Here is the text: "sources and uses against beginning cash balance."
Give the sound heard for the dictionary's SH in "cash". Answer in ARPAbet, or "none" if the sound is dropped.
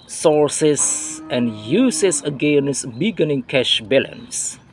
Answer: SH